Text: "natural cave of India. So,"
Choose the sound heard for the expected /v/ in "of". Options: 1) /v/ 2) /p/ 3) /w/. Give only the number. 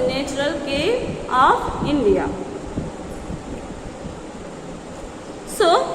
2